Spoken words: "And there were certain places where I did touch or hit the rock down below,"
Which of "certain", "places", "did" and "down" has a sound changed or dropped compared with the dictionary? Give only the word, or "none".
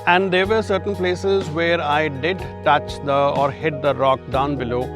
none